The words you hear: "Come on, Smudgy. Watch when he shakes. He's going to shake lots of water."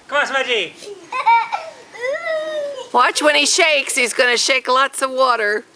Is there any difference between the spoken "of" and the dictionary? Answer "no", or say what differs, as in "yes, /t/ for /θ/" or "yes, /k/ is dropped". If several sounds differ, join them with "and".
no